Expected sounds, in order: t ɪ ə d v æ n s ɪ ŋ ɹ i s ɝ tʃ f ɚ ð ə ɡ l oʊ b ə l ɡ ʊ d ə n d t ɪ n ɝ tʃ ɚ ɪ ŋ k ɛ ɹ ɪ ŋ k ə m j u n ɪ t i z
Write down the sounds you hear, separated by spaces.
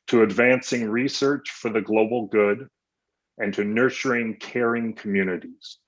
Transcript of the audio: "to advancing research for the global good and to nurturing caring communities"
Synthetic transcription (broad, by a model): t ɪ ə d v æ n s ɪ ŋ ɹ i s ɝ tʃ f ɚ ð ə ɡ l oʊ b l ɡ ʊ d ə n t ɪ n ɝ tʃ ɚ ɪ ŋ k ɛ ɹ ɪ ŋ k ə m j u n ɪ t i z